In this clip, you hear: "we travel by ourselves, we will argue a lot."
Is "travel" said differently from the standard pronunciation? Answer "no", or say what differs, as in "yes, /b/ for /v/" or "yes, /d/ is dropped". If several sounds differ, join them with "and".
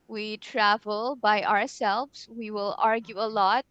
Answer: no